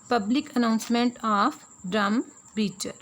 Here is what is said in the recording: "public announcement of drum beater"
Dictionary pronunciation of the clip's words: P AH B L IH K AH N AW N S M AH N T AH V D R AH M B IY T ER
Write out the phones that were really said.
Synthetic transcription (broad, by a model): P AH B L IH K AH N AW N S M AH N T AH P D R AH M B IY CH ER